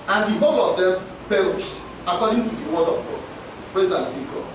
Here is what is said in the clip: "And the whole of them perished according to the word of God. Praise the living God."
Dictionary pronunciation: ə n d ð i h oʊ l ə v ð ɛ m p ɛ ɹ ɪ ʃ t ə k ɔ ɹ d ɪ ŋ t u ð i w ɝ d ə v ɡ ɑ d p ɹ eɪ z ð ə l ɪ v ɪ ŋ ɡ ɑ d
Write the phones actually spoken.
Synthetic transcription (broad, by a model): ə n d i h oʊ l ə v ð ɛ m p ɛ ɹ ɪ ʃ t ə k ɔ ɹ d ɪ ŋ t u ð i w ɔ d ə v ɡ ɑ d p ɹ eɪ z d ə n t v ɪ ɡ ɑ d